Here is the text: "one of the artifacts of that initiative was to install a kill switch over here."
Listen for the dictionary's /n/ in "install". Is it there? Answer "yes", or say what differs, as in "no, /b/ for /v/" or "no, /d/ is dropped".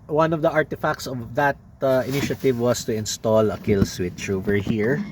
yes